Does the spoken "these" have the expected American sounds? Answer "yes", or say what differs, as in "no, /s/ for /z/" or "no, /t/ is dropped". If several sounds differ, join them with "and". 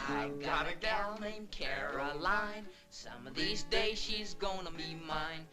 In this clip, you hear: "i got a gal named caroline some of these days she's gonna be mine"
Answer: yes